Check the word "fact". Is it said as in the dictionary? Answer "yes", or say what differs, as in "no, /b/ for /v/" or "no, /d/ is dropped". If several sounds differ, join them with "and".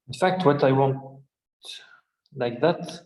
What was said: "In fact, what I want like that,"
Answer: yes